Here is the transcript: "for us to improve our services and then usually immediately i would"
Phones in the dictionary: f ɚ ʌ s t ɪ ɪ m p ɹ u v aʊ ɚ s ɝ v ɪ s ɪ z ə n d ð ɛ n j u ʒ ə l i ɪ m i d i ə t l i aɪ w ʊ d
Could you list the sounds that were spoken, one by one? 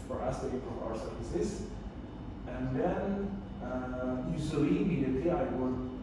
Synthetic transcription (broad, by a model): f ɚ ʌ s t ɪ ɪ p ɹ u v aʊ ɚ s ɝ v ɪ s ɪ z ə n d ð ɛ n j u s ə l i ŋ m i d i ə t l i aɪ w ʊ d